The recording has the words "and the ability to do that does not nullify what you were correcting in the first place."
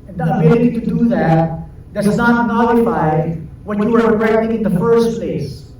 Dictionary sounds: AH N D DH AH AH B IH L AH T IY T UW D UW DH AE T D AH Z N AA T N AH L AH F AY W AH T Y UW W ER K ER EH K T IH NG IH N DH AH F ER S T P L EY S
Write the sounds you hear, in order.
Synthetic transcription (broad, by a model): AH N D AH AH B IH AH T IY T UW D UW DH AE T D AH S N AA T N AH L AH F AY W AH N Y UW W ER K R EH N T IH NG IH N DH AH F ER S T P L EY S